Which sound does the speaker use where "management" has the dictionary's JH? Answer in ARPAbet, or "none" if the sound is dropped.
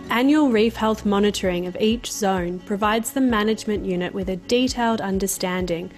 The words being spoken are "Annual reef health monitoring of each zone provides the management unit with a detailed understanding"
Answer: JH